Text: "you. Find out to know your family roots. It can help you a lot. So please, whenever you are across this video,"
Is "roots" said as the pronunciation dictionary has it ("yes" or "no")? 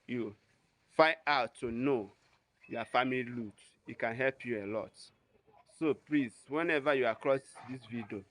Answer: no